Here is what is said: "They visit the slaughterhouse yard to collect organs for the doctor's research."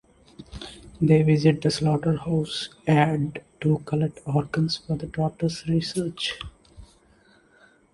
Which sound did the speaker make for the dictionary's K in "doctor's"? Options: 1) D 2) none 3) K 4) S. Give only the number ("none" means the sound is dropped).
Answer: 2